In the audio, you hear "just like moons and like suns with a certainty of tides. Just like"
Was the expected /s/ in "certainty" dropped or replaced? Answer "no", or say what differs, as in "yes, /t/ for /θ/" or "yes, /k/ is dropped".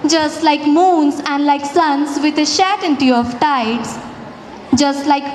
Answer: yes, /ʃ/ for /s/